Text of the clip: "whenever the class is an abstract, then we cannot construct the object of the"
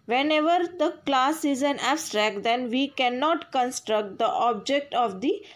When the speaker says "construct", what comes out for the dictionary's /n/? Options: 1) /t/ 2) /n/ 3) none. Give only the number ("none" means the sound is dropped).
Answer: 2